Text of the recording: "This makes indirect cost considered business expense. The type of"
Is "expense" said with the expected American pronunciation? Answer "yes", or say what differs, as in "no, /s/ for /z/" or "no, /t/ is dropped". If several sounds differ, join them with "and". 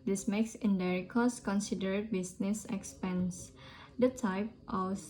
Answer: yes